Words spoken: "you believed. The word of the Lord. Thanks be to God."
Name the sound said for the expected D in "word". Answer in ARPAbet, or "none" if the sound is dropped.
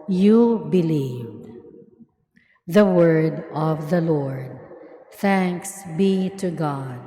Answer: D